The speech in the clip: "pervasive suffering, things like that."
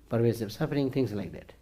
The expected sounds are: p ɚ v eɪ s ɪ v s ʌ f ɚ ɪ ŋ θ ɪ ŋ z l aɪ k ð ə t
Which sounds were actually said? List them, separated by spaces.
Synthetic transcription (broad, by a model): p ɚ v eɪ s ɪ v s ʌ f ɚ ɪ ŋ t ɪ ŋ s l aɪ k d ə t